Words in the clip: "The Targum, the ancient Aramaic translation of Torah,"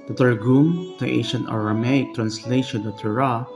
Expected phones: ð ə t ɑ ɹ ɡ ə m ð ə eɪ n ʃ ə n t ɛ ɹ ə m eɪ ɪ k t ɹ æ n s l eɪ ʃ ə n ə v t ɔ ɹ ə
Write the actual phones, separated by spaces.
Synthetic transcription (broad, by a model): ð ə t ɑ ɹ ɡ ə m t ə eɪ ʃ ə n ʌ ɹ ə m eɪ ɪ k t ɹ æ n s l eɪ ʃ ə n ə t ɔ ɹ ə